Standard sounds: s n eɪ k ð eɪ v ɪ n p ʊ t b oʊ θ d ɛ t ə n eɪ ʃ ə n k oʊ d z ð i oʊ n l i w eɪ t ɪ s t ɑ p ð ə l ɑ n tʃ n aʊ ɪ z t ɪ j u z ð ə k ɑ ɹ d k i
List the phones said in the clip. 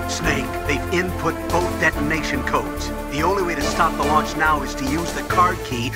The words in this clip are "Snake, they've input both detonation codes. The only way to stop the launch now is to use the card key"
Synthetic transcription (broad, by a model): s n eɪ k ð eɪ ɪ n p ʊ t b oʊ θ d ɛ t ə n eɪ ʃ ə n k oʊ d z ð i oʊ n l i w eɪ t ɪ s t ɑ p ð ə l ɑ n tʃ n aʊ ɪ z t ɪ j u z ð ə k ɑ ɹ d k i